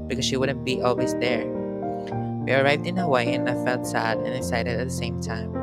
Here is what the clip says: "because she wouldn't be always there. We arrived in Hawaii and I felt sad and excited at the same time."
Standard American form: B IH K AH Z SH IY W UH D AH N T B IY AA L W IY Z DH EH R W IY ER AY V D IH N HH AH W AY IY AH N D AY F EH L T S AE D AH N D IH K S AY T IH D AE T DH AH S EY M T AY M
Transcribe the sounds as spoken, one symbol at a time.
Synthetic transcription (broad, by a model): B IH K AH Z SH IY W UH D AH N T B IY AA L W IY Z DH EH R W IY ER AY V D IH N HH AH W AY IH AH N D AY F EH L T S AE D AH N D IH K S AY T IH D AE T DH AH S EY M T AY M